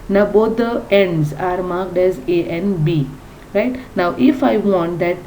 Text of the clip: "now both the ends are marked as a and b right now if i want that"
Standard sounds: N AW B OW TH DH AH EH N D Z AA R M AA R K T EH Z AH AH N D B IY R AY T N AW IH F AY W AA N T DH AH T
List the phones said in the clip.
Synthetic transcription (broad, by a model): N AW B OW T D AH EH N D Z AA R M AA R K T EH Z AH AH N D B IY R AY T N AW IH F AY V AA N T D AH T